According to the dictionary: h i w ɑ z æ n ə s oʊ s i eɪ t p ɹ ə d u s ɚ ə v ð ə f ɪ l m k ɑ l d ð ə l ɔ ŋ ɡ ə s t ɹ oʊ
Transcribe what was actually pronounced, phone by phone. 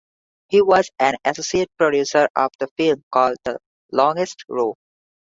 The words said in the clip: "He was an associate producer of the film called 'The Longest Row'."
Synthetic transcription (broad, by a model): h i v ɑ z æ n ə s oʊ s i eɪ t p ɹ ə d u s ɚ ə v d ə f ɪ l m k ɑ l d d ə l ɔ ŋ ɡ ə s t ɹ oʊ